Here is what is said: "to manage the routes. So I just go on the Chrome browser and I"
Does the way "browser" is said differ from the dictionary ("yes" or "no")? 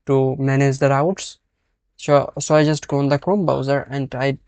yes